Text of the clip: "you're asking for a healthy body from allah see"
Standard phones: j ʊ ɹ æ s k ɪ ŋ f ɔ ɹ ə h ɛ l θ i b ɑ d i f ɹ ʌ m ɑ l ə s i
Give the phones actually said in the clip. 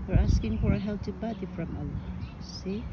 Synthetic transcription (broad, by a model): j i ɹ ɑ s k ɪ ŋ f ɔ ɹ ə h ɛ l t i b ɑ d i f ɹ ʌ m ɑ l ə s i